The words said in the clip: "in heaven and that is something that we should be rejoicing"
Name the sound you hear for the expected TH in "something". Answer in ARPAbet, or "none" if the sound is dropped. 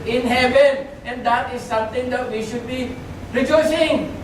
T